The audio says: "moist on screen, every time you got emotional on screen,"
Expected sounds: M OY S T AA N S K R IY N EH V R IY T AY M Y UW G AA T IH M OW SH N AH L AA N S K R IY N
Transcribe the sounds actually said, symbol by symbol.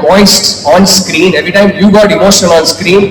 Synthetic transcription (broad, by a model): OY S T AA N S K R IY N EH V R IY T AY M Y UW G AA T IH M OW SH AH N AA N S K R IY N